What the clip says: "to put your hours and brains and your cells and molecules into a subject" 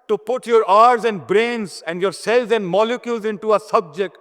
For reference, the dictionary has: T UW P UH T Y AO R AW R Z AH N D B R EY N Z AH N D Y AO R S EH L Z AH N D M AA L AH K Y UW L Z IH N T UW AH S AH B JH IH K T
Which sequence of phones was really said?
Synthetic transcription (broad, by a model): T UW P UH T Y AO R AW R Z AH N D B R EY N Z AH N D Y AO R S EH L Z AH N D M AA L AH K Y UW L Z IH N T UW AH S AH B JH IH K T